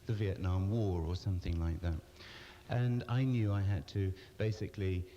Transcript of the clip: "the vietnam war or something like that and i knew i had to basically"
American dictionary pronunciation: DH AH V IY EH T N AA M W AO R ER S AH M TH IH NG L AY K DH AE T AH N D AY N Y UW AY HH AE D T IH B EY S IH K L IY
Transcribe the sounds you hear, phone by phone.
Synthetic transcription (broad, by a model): DH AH V IY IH T N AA M W AO R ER S AH M TH IH NG L AY K DH AE T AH N AY N Y UW AY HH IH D T IH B EY S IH K L IY